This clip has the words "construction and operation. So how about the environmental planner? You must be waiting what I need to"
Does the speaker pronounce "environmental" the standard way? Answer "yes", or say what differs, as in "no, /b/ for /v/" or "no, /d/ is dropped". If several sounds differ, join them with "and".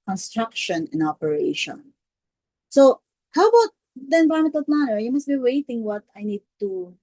no, /ɹ/ is dropped and /n/ is dropped